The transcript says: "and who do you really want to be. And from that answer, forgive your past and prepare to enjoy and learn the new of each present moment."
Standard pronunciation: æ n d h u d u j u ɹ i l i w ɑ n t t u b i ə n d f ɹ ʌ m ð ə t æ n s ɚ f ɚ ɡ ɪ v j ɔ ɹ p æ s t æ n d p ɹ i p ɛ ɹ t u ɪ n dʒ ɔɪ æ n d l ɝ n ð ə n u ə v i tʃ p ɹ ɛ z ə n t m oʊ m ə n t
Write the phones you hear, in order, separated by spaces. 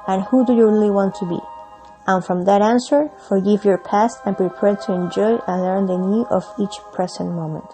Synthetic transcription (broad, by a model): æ n h u d u j u ɹ i l i w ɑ n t t u b i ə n f ɹ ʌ m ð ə t æ n s ɚ f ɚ ɡ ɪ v j ɔ ɹ p æ s t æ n p ɹ i p ɛ ɹ t u ɪ n dʒ ɔɪ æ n l ɝ n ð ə n u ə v i tʃ p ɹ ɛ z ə n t m oʊ m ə n t